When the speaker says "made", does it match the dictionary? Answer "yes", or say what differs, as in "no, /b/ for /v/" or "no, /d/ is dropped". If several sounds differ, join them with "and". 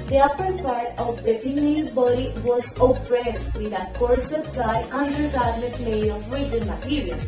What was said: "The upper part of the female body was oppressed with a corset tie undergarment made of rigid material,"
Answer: no, /d/ is dropped